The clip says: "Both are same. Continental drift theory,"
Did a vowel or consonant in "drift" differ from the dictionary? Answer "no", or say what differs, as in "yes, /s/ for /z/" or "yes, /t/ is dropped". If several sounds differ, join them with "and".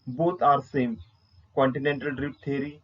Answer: yes, /p/ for /f/